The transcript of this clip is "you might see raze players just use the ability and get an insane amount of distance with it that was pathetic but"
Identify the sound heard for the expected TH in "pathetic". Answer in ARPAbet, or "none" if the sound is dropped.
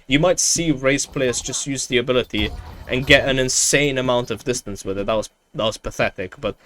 TH